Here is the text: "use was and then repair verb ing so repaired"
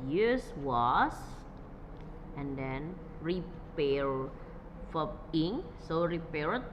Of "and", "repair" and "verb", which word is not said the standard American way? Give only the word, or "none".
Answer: verb